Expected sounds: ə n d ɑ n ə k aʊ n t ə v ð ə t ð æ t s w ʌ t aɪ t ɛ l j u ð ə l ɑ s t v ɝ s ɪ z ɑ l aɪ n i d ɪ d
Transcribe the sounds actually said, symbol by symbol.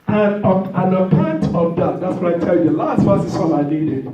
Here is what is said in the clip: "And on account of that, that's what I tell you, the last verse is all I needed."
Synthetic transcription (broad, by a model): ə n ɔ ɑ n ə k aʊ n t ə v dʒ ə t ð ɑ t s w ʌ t aɪ t ɛ l j u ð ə l ɑ s t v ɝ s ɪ s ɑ n aɪ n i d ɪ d